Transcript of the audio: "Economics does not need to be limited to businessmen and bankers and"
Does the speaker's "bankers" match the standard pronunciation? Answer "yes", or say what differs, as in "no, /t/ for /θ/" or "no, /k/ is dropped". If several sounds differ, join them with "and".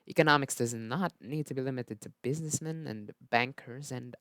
yes